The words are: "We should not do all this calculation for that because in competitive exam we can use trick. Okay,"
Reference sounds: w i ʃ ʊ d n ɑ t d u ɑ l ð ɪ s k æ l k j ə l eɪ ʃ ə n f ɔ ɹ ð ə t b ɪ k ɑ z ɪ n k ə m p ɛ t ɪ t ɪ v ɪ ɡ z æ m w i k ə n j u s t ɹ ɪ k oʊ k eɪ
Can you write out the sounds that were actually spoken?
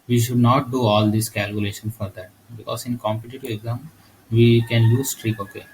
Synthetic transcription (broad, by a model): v i ʃ ʊ d n ɑ t d u ɑ l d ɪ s k æ l k j ə l eɪ ʃ ə n f ɔ ɹ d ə t b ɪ k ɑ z ɪ n k ə m p ɛ t ɪ t ɪ v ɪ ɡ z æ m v i k ə n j u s t ɹ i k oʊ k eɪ